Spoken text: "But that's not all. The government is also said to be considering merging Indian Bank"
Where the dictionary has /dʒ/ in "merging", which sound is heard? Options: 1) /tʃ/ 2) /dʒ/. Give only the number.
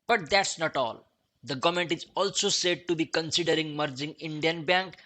2